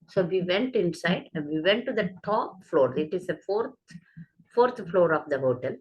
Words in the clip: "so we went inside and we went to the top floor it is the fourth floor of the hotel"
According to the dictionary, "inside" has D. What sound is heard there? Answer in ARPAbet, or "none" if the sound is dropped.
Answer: none